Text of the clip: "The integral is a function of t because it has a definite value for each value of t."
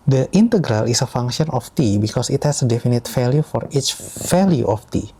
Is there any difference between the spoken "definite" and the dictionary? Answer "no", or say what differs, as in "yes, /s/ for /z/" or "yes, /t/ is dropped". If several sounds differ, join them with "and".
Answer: no